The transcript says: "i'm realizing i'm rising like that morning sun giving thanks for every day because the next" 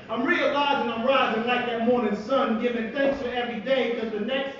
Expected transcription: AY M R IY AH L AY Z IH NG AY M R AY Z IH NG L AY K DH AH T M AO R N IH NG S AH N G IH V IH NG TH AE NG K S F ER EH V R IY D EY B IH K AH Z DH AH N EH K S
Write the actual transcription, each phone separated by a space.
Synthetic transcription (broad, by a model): AY M R IY AH L AY Z IH NG AY M R AY Z IH NG L AY K DH AH T M AO R N IH NG S AH N G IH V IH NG TH AE NG K S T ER EH V R IY D EY IH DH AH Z DH AH N EH K S